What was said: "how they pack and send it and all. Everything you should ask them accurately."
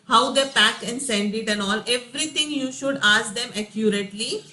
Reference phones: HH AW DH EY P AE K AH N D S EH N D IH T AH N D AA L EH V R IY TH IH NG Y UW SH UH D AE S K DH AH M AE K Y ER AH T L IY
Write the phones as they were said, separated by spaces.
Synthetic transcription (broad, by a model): HH AW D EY P AE K AH N D S EH N D IH T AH N AA L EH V R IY T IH NG Y UW SH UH D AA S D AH M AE K Y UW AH T L IY